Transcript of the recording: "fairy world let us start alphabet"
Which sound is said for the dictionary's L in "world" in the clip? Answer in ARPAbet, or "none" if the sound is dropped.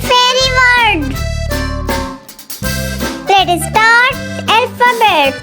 none